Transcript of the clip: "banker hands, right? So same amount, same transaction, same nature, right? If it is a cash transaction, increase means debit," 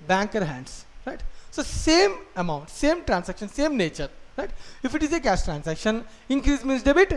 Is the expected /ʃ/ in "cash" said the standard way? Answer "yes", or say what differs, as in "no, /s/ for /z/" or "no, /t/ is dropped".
no, /s/ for /ʃ/